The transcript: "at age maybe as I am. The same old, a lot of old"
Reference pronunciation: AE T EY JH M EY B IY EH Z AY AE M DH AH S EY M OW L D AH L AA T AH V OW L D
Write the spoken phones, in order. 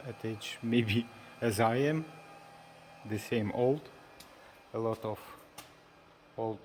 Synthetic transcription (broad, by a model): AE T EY CH M EY B IY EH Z AY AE M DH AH S EY M OW L D AH L AA T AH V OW L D